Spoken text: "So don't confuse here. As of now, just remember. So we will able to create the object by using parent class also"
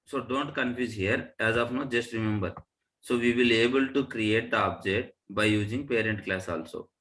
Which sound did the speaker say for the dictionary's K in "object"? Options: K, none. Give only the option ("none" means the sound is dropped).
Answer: none